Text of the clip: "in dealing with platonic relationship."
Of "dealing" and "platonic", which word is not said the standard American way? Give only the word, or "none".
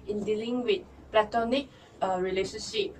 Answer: none